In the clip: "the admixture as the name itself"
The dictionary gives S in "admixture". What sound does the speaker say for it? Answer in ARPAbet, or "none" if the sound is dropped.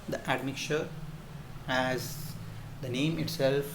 none